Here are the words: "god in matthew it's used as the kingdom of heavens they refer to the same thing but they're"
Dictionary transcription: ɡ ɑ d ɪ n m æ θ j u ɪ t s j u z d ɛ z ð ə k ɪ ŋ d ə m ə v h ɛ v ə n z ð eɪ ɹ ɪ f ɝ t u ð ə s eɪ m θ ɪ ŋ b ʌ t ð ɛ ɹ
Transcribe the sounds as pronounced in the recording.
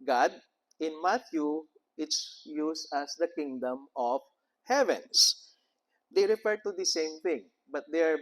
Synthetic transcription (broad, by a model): ɡ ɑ d ɪ n m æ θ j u ɪ t s j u s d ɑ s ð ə k ɪ ŋ d ə m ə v h ɛ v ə n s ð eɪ ɹ ɪ f ɝ t u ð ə s eɪ m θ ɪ ŋ b ʌ t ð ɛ ɹ